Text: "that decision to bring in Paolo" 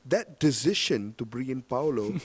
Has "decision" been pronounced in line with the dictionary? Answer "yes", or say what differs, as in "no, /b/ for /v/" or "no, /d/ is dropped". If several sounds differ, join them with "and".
no, /ʃ/ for /ʒ/